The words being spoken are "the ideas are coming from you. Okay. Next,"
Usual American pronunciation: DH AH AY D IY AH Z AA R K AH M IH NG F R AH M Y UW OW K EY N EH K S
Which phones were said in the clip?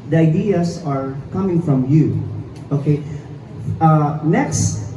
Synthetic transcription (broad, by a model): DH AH AY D IY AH S AA R K AH M IH NG F R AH M Y UW OW K EY N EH K S